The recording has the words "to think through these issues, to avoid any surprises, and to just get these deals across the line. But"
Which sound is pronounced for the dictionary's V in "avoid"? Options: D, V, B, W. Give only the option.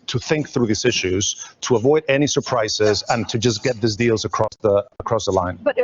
V